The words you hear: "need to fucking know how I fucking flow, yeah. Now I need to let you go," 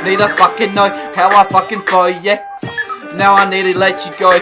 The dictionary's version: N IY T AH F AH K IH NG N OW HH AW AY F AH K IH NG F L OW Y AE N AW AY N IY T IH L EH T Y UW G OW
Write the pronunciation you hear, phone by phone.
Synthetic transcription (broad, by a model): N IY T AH F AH K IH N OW HH AW AY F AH K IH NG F OW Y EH N AW AY N IY T IH L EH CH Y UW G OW